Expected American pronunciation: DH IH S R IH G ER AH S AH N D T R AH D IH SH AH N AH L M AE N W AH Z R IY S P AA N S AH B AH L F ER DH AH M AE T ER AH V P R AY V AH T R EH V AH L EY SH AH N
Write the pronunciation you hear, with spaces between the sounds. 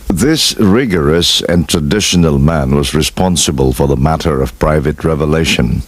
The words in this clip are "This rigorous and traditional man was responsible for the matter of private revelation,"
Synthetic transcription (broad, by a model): DH IH S R IH G ER AH S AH N T R AH D IH SH AH N AH L M AE N W AH Z R IY S P AA N S AH B AH L F ER DH AH M AE T ER AH V P R AY V AH T R EH V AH L EY SH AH N